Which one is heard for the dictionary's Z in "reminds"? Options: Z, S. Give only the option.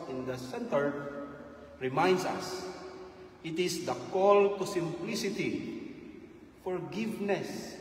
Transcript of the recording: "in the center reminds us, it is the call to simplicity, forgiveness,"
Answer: S